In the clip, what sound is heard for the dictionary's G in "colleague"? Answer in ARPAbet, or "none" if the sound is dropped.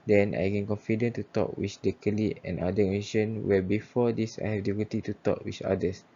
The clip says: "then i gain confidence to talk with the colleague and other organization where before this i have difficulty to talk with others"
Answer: none